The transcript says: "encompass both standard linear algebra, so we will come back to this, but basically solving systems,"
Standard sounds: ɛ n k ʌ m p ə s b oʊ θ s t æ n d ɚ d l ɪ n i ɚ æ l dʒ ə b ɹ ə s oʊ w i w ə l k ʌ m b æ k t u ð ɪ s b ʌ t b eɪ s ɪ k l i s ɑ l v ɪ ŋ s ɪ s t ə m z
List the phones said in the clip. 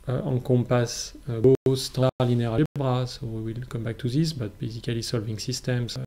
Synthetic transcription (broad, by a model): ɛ k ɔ p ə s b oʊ s t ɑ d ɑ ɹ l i n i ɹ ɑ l b ɹ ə s oʊ w i w ə l k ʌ m b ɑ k t u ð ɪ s b ʌ t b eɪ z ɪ k l i s ɑ l v ɪ ŋ s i s t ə m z